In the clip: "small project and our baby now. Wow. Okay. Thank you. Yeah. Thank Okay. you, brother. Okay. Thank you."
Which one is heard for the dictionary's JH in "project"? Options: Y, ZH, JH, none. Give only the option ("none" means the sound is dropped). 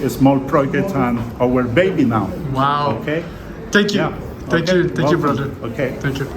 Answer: none